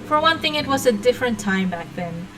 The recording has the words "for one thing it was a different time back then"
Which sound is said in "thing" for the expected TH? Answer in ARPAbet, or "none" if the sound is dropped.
TH